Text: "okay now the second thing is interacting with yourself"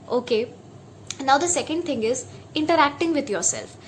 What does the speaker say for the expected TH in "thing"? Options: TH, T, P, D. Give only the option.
T